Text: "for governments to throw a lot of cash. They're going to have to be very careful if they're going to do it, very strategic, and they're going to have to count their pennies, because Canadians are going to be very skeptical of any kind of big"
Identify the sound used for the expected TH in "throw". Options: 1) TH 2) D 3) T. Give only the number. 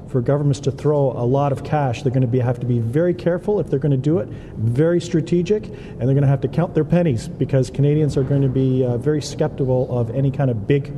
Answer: 1